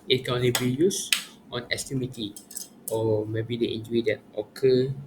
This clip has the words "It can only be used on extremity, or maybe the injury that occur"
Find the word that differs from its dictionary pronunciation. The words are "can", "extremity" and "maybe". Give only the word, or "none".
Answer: extremity